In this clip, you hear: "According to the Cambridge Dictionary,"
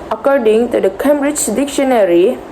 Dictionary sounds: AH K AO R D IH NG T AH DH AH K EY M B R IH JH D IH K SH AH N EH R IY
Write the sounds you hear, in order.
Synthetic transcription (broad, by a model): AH K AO R D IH NG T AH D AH K EY M B R IH JH D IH K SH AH N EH R IY